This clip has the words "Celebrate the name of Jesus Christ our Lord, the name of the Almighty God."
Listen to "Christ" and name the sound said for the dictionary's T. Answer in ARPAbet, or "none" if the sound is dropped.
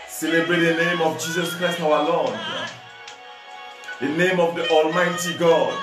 T